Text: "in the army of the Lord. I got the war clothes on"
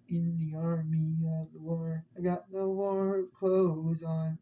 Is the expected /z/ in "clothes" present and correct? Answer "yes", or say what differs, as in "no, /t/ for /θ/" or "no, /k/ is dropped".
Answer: yes